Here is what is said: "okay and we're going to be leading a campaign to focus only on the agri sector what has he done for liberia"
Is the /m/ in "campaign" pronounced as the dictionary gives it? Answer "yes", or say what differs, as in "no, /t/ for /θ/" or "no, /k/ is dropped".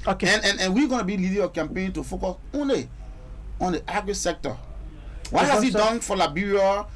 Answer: yes